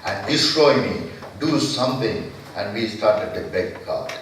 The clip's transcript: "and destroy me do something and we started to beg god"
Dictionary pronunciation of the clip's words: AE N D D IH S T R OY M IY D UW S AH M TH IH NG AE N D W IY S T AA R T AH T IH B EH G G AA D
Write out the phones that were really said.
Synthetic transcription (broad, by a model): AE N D D IH S T R OY M IY D UW S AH M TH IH NG AE N D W IY S T AA R T AH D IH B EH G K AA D